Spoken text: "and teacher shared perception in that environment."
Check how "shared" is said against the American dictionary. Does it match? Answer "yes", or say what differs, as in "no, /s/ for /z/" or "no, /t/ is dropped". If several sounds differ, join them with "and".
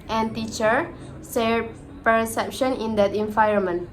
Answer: no, /s/ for /ʃ/